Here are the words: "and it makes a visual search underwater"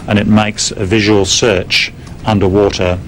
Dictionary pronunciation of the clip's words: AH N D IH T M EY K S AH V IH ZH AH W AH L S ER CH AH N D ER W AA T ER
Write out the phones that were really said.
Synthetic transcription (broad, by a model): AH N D IH T M EY K S AH V IH ZH AH W AH L S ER CH AH N D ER W AA T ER